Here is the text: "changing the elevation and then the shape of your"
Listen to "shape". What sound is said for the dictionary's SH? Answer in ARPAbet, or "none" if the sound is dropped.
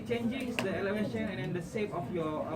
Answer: S